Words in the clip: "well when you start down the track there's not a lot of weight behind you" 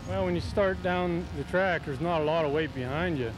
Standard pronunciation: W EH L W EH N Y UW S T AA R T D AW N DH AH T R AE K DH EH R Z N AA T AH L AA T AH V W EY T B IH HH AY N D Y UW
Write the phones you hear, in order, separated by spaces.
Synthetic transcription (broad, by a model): W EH L W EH N Y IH S T AA R T D AW N DH AH T R AE K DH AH R Z N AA T AH L AA T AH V W EY T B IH HH AY N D Y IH